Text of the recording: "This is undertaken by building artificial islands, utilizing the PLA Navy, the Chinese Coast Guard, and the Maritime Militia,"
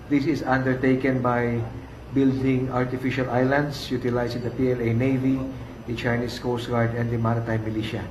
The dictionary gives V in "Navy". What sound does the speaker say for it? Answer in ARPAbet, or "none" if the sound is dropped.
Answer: V